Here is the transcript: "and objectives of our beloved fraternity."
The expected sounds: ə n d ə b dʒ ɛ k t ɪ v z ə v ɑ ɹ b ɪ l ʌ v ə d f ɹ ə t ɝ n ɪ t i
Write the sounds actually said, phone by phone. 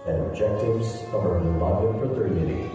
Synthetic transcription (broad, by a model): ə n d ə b dʒ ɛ k t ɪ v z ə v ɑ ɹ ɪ n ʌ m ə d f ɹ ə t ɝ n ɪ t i